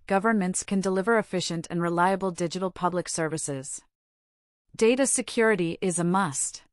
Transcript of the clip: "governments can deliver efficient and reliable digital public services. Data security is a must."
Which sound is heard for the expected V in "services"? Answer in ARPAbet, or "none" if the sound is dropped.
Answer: V